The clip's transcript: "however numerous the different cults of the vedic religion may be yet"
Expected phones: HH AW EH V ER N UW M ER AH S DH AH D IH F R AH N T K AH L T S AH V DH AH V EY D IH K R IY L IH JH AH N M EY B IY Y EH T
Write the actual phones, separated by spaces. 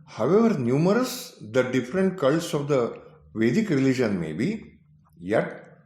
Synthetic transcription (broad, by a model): HH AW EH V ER N UW M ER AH S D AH D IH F R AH N T K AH L S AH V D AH V EY D IH K R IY L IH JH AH N M EY B IY Y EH T